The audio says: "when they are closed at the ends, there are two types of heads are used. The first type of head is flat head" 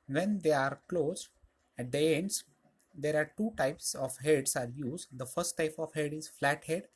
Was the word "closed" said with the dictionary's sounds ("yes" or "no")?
no